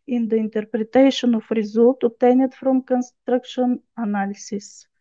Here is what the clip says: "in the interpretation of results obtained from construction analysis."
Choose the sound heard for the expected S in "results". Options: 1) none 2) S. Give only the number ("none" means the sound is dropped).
1